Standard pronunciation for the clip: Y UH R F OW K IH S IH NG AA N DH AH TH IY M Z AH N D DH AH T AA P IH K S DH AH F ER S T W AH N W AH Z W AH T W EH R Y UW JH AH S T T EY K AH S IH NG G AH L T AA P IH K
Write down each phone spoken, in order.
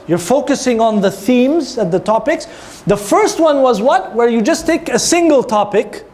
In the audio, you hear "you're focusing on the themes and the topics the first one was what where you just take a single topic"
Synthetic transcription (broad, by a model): Y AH R F OW K IH S IH NG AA N DH AH TH IY M Z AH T DH AH T AA P IH K S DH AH F ER S T W AH N W AH Z W AH T W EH R Y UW JH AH S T T EY K AH S IH NG G AH L T AA P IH K